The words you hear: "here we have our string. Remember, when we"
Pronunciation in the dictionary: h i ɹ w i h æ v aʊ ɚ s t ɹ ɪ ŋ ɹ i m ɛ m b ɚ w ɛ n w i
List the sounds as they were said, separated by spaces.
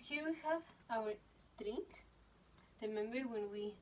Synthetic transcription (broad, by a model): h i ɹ w i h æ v aʊ ɚ s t ɹ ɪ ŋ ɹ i m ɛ m b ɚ w ɛ n w i